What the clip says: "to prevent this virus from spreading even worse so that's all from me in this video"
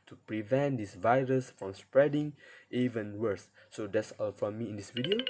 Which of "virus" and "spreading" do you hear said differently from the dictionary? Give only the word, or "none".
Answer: none